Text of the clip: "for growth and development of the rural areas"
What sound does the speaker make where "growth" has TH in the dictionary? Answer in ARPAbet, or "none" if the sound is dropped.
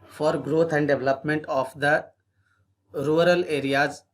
T